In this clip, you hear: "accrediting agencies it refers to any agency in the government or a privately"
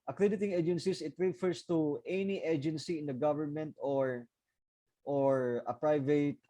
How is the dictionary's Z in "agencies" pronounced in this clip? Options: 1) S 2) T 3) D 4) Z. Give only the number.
1